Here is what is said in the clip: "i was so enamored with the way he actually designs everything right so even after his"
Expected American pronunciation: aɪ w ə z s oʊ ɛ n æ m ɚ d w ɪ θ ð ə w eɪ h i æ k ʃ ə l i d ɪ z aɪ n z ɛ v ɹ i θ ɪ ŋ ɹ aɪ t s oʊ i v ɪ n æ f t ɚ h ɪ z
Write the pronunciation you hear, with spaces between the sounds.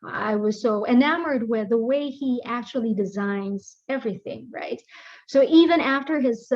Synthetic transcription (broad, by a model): aɪ w ə z s oʊ ɛ n æ m ɚ d w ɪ ð ə w eɪ i æ k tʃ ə l i d ɪ z aɪ n z ɛ v ɹ i θ ɪ ŋ ɹ aɪ t s oʊ i v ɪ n æ f t ɚ ɪ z